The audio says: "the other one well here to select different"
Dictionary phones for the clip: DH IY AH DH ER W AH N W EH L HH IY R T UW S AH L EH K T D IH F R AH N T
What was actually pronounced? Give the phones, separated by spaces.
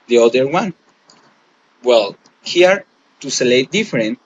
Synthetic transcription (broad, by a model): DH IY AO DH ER W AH N W EH L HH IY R T UW S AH L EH T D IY F R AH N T